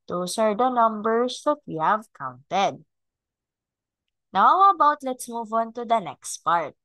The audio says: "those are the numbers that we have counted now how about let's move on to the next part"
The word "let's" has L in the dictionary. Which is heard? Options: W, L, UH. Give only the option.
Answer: L